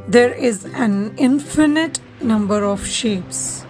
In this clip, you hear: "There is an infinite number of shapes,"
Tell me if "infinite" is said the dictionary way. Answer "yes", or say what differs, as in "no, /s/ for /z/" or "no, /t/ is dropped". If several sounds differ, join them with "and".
yes